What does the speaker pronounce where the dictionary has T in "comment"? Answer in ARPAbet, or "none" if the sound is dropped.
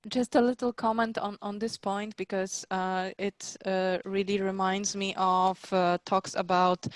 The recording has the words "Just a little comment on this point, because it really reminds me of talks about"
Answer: T